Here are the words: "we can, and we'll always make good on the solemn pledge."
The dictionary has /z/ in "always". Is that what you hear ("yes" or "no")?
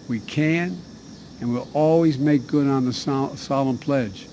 yes